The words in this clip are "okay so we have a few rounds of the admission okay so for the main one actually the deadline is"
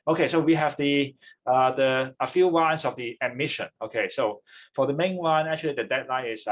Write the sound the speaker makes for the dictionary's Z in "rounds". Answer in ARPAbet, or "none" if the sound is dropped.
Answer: S